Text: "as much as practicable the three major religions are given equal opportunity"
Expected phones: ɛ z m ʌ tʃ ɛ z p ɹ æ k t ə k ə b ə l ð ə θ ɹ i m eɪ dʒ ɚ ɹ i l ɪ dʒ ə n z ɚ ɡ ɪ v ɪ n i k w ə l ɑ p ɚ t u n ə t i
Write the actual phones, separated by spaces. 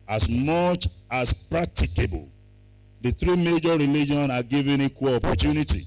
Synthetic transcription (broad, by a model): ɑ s m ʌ tʃ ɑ s p ɹ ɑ k t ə k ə b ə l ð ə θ ɹ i m eɪ dʒ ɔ ɹ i l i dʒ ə n ɑ ɡ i v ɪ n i k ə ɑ p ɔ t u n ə t i